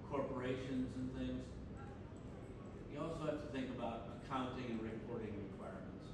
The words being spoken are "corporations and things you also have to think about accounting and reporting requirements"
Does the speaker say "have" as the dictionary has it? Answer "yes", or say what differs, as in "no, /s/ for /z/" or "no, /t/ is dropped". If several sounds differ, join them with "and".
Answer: no, /f/ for /v/